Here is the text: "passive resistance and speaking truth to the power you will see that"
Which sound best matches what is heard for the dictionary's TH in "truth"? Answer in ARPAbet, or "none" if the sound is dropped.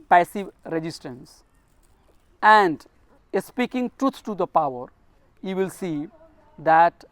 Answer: S